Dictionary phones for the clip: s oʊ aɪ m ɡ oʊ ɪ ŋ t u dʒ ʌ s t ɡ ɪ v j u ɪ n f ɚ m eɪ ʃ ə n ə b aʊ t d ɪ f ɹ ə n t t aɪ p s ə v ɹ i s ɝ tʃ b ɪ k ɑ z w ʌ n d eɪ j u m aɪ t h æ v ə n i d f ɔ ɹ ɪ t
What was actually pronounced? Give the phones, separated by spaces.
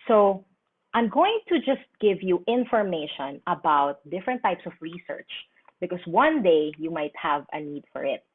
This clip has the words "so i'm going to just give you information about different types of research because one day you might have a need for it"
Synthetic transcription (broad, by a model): s oʊ aɪ m ɡ oʊ ɪ ŋ t u dʒ ʌ s t ɡ ɪ v j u ɪ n f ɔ m eɪ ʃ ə n ə b aʊ t d ɪ f ɹ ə n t t aɪ p s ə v ɹ i s ɝ tʃ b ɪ k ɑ s w ʌ n d eɪ j u m aɪ t h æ v ə n i d f ɔ ɹ ɪ t